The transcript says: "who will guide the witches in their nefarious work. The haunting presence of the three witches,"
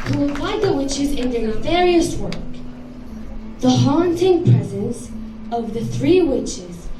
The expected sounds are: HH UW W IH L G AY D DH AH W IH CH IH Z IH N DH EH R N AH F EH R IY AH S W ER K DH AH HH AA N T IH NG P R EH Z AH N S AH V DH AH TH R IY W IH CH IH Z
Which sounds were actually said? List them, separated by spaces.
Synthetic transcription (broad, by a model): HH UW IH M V AY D DH AH W IH CH IH Z IH N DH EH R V EH R IY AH S W ER K DH AH HH AA N T IH NG P R EH Z AH N S AH V DH AH TH R IY W IH CH IH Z